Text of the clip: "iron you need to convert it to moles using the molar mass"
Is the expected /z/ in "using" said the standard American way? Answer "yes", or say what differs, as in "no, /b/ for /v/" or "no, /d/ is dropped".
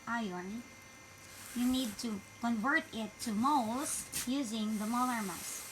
yes